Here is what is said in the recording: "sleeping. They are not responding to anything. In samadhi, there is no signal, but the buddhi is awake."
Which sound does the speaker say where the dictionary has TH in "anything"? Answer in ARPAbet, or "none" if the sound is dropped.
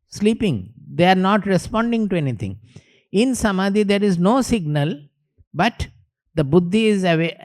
T